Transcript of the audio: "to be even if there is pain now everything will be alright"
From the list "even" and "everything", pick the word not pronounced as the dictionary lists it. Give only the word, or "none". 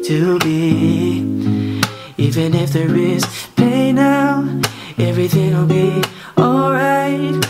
none